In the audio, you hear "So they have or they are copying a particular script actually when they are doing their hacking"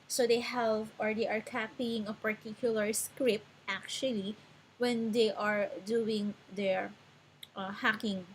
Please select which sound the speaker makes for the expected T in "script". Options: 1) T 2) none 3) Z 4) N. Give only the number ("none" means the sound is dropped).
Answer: 1